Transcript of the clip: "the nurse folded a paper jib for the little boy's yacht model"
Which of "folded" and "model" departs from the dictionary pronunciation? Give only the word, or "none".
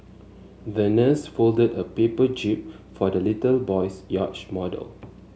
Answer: none